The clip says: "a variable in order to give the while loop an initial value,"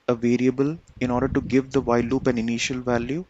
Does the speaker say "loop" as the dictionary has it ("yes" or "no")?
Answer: yes